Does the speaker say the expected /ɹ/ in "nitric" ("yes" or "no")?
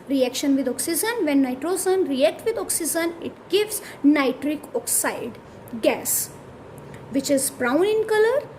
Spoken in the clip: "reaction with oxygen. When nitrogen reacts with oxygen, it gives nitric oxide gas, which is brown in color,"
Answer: yes